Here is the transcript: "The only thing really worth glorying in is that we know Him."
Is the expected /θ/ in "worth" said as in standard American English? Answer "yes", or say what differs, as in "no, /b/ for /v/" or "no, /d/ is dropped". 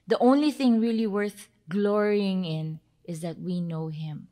yes